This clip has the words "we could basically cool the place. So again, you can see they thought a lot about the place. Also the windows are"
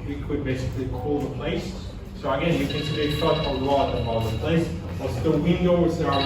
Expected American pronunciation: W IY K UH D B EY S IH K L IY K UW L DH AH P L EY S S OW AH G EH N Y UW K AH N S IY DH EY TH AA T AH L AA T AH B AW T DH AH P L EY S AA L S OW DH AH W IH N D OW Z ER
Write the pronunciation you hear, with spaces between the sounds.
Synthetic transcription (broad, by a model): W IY K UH D B EY S IH K L IY K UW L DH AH P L EY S S OW AH G EH N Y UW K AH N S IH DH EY S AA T AH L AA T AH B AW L DH AH P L EY S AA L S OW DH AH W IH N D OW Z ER